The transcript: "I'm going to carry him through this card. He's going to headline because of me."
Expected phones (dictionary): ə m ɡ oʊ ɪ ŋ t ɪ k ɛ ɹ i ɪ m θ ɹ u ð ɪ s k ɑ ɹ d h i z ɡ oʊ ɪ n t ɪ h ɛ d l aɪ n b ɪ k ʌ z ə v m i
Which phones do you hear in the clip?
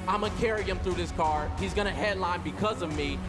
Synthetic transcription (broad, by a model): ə ɪ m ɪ k ɛ ɹ i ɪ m θ ɹ u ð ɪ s k ɑ ɹ h i z ɡ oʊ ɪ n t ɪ h ɛ d l aɪ n b ɪ k ʌ z ə v m i